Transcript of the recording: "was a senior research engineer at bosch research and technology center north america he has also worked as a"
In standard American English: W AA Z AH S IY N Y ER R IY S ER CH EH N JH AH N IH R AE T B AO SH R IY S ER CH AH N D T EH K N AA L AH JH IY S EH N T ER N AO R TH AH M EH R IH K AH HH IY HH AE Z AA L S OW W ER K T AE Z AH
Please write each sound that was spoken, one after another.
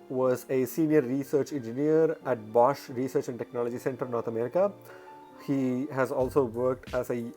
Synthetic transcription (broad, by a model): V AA Z AH S IY N Y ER R IY S ER CH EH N JH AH N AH R AE T B AO SH R IY S ER CH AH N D T EH K N AA L AH JH IY S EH N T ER N AO R T AH M EH R IH K AH HH IY HH AE Z AA L S OW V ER K T AE Z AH